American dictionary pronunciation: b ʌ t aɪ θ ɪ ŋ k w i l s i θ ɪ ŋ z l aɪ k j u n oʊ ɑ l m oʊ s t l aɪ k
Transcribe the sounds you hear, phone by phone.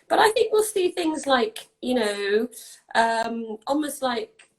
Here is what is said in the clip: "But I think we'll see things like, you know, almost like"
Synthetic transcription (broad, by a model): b ʌ t aɪ θ ɪ ŋ k w i l s i θ ɪ ŋ z l aɪ k j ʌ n oʊ ɑ l m oʊ s t l aɪ k